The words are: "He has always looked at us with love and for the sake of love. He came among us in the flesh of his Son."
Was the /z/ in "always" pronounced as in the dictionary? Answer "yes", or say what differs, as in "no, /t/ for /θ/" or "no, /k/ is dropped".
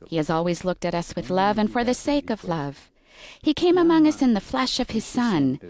yes